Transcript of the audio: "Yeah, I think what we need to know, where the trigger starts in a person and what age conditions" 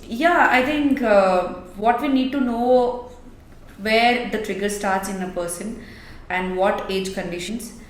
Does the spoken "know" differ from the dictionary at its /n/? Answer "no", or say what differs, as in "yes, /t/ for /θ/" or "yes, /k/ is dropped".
no